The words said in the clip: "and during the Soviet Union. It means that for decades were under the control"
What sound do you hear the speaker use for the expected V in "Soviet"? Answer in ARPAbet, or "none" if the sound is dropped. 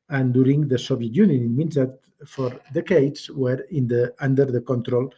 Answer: B